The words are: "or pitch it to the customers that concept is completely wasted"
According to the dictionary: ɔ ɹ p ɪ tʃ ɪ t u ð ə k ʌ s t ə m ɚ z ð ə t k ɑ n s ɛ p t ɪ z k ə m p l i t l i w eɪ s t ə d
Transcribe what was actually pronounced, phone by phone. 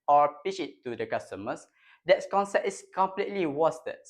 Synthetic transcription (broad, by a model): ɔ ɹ p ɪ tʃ ɪ t u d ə k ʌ s t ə m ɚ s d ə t k ɑ n s ɛ p t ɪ s k ə m p l i t l i w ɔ s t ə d